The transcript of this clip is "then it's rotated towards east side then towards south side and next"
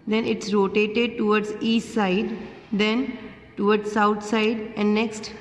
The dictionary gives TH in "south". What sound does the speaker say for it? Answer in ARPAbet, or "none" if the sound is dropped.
T